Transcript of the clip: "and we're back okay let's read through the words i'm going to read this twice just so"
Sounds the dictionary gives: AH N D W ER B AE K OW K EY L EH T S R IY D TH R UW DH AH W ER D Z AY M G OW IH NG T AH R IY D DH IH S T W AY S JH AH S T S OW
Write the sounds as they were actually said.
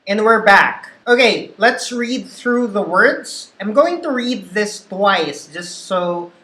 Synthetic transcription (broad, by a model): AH N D W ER B AE K OW K EY L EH T S R IY D TH R UW DH AH W ER D Z AY M G OW IH NG T AH R IY D DH IH S T W AY S JH AH S T S OW